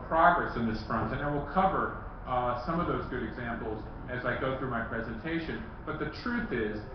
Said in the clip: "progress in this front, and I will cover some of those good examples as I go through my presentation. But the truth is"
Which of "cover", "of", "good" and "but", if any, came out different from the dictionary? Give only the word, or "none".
none